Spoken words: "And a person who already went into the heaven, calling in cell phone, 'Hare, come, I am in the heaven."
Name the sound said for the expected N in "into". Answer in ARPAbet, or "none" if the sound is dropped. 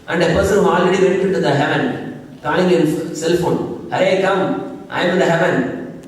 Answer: none